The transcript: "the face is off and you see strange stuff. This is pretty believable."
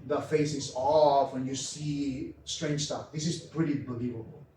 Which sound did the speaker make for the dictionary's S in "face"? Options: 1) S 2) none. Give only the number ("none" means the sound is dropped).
1